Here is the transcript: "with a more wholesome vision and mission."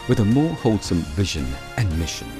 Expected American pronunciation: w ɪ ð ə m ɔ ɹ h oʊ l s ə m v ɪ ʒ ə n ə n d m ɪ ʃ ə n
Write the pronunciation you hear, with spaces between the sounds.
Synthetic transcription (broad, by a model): w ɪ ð ə m ɔ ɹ h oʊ l s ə m v ɪ ʒ ə n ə n m ɪ ʃ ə n